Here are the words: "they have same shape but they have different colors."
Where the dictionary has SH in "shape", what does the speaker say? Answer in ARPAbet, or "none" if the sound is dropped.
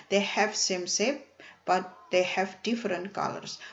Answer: S